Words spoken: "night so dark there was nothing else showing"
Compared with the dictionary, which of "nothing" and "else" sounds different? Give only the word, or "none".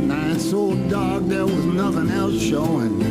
none